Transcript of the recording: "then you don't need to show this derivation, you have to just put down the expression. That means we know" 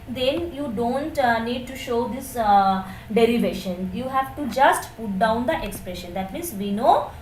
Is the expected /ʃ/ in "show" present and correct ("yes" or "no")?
yes